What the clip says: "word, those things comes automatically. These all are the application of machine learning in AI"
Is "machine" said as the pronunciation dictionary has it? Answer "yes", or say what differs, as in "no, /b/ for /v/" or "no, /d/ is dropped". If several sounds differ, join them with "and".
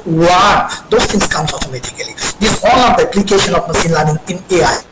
no, /s/ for /ʃ/